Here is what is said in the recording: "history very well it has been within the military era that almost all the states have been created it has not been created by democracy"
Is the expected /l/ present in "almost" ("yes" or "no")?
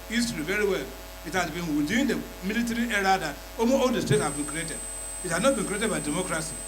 no